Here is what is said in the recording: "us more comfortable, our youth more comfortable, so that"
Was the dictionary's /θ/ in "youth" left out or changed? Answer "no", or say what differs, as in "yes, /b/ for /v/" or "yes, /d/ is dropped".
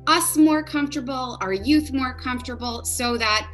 no